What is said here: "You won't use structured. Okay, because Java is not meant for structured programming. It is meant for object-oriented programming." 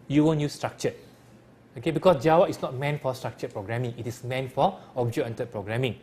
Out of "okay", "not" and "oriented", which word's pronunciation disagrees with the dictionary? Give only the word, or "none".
oriented